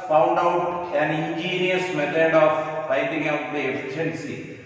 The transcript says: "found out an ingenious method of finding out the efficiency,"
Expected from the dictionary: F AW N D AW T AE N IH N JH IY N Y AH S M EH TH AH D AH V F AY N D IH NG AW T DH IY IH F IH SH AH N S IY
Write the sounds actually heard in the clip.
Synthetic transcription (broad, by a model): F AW N D AW T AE N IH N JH IY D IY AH S M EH T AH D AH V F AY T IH NG AW T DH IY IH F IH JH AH N S IY